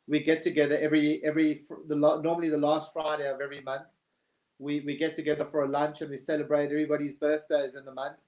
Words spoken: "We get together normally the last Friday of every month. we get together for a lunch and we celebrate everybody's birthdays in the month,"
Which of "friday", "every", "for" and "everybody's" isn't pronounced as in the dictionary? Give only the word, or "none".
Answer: none